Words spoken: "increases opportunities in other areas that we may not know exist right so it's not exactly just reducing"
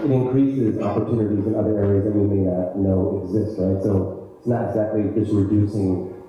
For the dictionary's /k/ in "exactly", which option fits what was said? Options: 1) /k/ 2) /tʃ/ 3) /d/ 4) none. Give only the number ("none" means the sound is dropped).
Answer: 1